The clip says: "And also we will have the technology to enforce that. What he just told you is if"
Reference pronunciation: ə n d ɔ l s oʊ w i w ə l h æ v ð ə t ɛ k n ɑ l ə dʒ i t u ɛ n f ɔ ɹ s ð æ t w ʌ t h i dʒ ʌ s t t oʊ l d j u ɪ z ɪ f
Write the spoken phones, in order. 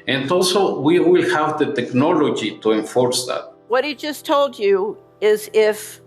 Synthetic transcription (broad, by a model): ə n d ɔ l s oʊ w i w ə l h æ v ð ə t ɛ k n ɑ l ə dʒ i t u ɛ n f ɔ ɹ s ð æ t w ʌ t h i dʒ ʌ s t t oʊ l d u ɪ z ɪ f